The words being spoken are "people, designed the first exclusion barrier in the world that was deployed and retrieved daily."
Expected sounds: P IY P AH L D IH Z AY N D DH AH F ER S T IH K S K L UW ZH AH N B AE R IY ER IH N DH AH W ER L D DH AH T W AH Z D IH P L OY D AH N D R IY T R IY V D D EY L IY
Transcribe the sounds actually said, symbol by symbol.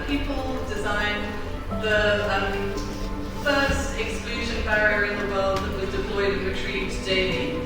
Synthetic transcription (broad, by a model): P IY P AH L D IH Z AY N DH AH F ER S T IH K S K L UW ZH AH N B AE R IY ER IH N DH AH W ER L D DH AH T W AH Z D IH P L OY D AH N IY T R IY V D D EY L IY